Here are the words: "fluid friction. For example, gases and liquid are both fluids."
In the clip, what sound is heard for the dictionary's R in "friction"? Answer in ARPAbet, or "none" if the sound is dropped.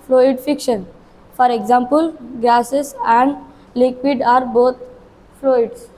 none